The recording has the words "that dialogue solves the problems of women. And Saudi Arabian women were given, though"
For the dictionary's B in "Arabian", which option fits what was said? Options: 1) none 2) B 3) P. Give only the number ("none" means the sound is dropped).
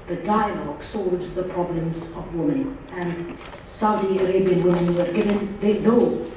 2